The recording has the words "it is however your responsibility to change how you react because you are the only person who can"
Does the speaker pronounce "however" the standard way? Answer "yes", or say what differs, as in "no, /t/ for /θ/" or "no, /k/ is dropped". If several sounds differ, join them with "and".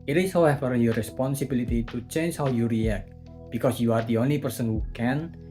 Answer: no, /f/ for /v/